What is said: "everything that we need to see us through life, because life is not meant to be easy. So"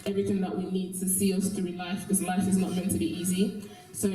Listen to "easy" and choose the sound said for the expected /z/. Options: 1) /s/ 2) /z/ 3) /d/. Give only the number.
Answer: 2